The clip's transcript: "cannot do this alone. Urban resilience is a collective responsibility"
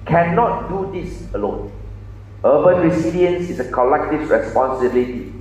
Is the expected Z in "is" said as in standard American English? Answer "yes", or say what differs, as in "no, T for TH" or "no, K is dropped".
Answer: no, S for Z